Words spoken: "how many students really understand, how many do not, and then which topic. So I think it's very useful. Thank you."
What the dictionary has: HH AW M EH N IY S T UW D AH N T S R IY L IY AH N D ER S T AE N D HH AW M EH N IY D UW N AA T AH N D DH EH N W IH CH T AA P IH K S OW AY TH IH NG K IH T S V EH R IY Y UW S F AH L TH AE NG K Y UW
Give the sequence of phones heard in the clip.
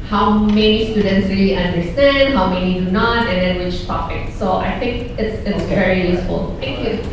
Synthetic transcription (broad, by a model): HH AW M EH N IY S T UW D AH N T S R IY L IY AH N D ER S T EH N D HH AW M EH N IY D UW N AA T AH N D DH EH N W IH CH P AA F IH K S OW AY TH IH NG K IH T S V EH R IY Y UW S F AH L T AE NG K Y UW